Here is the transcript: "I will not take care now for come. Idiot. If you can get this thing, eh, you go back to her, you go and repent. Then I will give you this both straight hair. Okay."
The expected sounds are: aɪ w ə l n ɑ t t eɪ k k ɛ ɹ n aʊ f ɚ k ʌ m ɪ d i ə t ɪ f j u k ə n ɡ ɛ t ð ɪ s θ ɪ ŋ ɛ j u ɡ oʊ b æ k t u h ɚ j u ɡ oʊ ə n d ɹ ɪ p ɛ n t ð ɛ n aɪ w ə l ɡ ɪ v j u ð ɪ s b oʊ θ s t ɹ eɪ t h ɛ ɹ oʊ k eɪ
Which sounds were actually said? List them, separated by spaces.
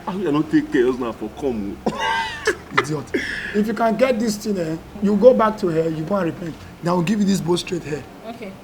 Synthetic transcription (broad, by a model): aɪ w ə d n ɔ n t eɪ k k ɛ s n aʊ f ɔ k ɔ m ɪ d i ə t ɪ f j u k ə n ɡ ɛ t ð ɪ s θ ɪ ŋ ɛ j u ɡ oʊ b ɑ k t u h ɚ j u ɡ oʊ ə n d ɹ ɪ p ɛ n t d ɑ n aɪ w ə l ɡ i v j u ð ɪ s b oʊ t s t ɹ eɪ t h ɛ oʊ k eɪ